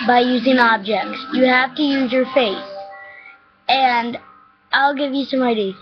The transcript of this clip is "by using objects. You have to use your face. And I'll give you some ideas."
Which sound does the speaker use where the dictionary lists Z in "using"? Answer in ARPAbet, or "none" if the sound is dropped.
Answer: Z